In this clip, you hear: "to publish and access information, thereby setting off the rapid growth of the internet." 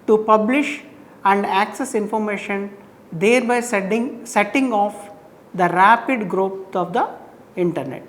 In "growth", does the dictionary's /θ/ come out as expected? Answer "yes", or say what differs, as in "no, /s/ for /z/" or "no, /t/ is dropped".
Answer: no, /s/ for /θ/